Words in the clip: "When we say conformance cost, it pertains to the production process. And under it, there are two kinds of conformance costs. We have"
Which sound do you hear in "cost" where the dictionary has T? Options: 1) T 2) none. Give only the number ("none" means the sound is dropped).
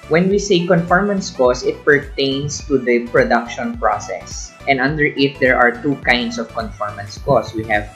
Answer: 2